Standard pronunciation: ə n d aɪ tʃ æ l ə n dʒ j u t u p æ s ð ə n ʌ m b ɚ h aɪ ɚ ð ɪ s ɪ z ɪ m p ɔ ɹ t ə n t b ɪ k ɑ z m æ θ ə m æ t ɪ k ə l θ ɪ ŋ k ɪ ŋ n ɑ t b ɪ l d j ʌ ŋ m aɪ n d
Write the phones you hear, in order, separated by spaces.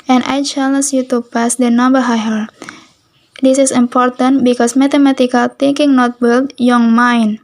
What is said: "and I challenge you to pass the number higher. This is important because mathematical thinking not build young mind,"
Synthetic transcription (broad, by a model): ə n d aɪ tʃ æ l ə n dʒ j u t u p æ s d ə n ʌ m b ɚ h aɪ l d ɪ s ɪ s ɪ m p ɔ ɹ t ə n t b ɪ k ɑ s m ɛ t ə m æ t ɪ k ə l t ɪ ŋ k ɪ ŋ n ɑ t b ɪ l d j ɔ ŋ m aɪ n